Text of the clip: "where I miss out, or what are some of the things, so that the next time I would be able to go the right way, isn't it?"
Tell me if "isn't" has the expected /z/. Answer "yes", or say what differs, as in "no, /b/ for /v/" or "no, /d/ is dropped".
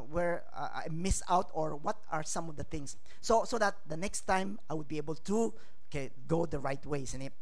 no, /s/ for /z/